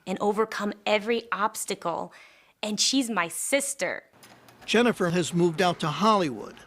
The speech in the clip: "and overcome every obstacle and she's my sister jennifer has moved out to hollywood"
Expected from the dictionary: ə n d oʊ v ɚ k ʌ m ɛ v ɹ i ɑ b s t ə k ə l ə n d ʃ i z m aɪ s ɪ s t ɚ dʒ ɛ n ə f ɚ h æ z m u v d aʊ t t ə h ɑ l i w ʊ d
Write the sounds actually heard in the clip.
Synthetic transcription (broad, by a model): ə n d oʊ v ɚ k ʌ m ɛ v ɹ i ɑ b s t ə k l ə n ʃ i z m aɪ s ɪ s t ɚ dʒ ɛ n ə f ɚ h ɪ z m u v d aʊ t t ə h ɑ l i w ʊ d